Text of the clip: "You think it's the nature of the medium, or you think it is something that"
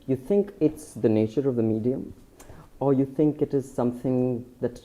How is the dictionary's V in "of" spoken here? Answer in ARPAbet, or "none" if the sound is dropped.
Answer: V